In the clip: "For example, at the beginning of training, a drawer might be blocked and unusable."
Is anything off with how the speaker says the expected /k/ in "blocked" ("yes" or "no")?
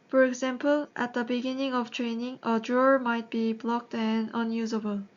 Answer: no